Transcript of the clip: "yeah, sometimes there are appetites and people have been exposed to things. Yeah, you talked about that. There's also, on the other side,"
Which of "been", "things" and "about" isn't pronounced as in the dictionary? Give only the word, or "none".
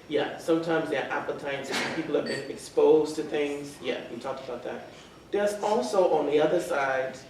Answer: none